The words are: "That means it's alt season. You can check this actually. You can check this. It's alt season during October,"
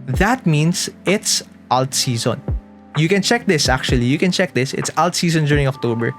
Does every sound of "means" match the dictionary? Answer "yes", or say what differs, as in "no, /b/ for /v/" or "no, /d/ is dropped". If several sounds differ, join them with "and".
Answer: no, /s/ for /z/